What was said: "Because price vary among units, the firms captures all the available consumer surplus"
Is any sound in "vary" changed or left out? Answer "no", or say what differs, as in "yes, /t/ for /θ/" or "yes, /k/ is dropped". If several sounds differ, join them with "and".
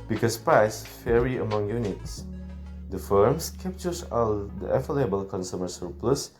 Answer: yes, /f/ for /v/